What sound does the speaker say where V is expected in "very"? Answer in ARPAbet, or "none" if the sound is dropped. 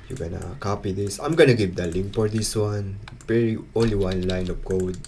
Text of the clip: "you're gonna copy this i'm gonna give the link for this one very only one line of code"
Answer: P